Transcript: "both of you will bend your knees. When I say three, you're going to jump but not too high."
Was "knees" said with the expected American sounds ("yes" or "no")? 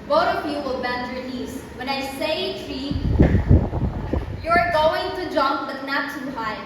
no